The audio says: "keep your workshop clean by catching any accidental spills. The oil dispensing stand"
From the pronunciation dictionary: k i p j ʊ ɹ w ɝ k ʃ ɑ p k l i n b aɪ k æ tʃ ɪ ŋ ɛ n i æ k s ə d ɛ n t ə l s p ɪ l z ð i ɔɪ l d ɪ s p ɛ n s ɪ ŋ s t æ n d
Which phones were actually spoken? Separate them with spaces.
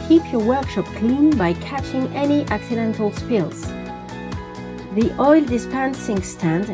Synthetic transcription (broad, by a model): k i p j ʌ ɹ w ɝ k ʃ ɑ p k l i n b aɪ k æ tʃ ɪ ŋ ɛ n i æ k s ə d ɛ n t l s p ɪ l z ð i ɔɪ l d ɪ s p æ n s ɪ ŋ s t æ n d